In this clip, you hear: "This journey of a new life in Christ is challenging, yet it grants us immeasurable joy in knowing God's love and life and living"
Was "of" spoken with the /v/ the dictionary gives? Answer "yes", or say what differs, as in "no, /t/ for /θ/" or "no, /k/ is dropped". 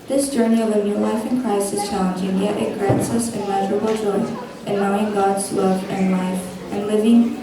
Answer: yes